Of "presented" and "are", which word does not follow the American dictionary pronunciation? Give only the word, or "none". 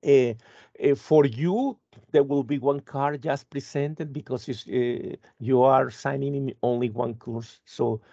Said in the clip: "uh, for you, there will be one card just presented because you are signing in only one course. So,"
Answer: presented